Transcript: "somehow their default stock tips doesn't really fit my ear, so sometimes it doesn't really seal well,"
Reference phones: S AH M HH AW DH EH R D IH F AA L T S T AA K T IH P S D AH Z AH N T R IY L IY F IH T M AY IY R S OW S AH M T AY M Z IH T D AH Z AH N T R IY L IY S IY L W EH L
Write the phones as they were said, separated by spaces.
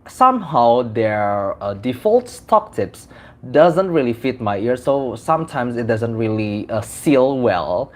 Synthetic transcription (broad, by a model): S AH M HH AW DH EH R D IH F AA L T S T AA K T IH P S D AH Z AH N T R IY L IY F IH T M AY IY R S OW S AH M T AY M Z IH T D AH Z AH N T R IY L IY S IY L W EH L